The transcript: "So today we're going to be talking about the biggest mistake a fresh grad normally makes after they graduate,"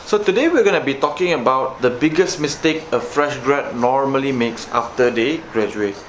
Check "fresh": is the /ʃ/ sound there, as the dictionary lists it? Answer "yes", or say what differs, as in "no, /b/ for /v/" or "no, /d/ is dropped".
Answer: yes